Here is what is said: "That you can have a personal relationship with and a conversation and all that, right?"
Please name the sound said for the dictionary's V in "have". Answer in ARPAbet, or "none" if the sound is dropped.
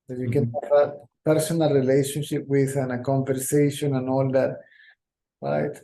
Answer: F